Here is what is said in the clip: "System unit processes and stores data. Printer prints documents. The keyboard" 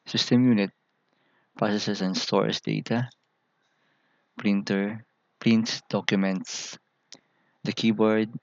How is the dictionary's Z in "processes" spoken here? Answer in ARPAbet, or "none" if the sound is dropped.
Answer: S